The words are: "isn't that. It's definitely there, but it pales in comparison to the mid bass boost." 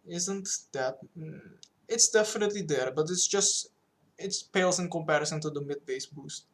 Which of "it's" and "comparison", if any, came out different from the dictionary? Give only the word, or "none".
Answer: none